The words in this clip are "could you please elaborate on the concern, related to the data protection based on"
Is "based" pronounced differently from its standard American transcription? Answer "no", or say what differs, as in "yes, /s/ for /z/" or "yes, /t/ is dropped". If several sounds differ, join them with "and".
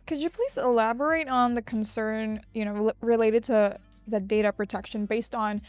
no